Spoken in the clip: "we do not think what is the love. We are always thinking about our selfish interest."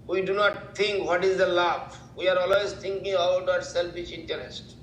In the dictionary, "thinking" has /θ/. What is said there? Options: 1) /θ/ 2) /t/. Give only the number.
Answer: 2